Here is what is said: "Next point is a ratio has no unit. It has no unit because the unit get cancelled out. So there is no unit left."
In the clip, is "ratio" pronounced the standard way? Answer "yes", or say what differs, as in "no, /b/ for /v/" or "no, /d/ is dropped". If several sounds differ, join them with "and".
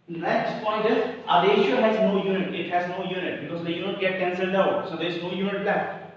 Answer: no, /l/ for /ɹ/